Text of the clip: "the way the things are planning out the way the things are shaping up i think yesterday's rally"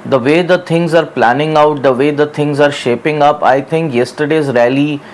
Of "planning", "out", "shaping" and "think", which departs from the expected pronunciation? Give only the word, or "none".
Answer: think